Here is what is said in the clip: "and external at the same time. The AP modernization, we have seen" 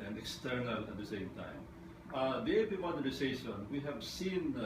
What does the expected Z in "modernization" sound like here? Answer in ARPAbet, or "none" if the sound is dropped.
S